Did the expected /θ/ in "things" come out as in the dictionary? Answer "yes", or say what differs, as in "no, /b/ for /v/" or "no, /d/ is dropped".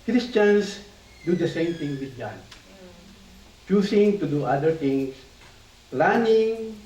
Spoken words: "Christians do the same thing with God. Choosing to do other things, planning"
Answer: no, /t/ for /θ/